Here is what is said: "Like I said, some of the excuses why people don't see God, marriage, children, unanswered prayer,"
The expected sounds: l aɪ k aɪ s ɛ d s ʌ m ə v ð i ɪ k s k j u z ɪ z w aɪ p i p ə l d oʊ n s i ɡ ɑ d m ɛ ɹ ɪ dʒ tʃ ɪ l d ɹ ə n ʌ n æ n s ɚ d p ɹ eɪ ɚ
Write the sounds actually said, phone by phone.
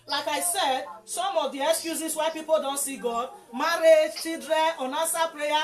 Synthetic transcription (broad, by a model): l aɪ k aɪ s ɛ d s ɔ m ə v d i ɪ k s k j u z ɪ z w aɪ p i p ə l d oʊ n s i ɡ ɑ d m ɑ ɹ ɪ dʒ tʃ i d ɹ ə ɔ n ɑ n s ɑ p ɹ eɪ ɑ